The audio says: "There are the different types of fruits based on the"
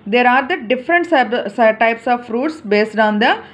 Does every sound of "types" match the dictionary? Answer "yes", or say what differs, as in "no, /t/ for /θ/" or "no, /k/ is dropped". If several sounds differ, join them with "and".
yes